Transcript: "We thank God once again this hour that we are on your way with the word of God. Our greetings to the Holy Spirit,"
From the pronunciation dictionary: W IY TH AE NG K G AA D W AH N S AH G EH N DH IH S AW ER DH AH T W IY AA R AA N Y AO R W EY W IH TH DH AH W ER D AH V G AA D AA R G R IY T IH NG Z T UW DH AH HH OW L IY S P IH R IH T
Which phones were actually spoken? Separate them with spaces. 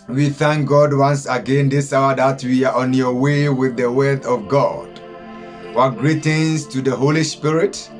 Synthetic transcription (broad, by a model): W IY TH AE NG K G AA D W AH N S AH G EH N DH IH S AW ER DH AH T W IY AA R AA N Y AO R W EY W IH DH AH W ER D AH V G AA D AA G R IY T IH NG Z T UW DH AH HH OW L IY S P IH R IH T